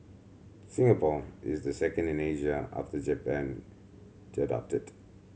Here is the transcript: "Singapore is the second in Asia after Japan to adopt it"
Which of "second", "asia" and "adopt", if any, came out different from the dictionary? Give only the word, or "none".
none